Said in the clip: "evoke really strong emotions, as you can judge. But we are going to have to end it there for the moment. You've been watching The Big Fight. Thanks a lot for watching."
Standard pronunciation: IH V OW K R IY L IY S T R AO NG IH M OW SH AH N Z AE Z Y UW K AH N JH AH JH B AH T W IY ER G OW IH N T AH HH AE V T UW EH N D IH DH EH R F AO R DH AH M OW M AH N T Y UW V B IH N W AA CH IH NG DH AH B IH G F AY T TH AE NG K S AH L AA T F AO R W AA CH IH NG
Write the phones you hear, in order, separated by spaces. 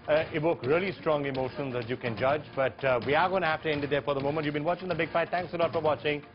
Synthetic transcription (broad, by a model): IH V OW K R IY L IY S T R AO NG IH M OW SH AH N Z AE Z Y UW K AH N JH AH JH B AH T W IY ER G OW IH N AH HH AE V T UW EH N D IH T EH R F AO R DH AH M OW M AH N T Y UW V B IH N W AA CH IH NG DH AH B IH G F AY T T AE NG K S AH L AA T F AO R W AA CH IH NG